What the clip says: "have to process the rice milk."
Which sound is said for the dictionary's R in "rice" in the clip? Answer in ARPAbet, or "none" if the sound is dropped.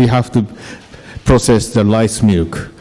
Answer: L